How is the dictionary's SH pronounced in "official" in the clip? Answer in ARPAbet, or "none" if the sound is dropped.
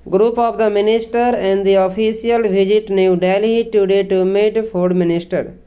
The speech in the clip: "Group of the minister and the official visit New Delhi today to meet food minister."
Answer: S